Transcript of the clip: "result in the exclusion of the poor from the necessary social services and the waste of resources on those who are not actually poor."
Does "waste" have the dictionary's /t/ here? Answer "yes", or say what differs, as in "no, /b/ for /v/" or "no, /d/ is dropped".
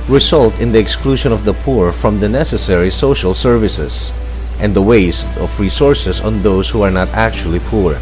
yes